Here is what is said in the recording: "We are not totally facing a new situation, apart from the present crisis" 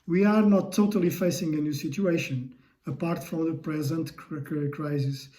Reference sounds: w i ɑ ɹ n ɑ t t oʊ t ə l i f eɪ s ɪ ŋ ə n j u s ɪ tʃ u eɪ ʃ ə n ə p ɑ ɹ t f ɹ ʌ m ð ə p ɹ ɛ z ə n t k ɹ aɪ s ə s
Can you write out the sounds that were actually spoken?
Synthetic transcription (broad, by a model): w i ɑ ɹ n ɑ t t oʊ t ə l i f eɪ s ɪ ŋ ə n j u s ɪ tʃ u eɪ ʃ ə n ə p ɑ ɹ t f ɹ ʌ m ð ə p ɹ ɛ z ə n t k ɹ aɪ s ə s